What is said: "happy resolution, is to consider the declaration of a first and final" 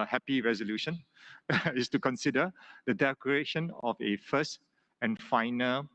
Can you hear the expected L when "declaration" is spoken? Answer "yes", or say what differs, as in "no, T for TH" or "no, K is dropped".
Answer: no, L is dropped